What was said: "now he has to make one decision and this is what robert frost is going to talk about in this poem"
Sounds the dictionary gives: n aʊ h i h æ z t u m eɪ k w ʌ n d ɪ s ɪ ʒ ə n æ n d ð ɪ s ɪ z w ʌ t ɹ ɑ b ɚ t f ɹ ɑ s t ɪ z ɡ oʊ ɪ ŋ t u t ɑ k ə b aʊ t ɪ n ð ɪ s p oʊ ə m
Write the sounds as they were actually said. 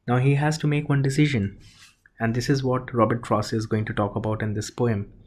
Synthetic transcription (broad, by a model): n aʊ h i h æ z t u m eɪ k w ʌ n d ɪ s ɪ ʒ ə n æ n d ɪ s ɪ z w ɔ t ɹ ɑ b ɚ t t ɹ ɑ s ɪ z ɡ oʊ ɪ ŋ t u t ɑ k ə b aʊ t ɪ n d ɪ s p oʊ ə m